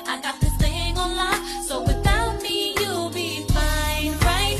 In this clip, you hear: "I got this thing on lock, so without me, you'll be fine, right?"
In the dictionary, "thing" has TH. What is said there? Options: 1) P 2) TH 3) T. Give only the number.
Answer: 3